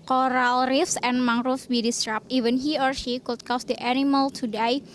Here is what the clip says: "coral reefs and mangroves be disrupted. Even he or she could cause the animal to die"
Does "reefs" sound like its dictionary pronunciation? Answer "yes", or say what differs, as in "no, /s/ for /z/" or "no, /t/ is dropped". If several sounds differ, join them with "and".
yes